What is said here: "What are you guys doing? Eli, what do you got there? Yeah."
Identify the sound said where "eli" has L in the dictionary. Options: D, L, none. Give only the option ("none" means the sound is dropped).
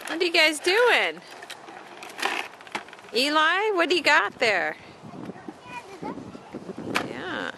L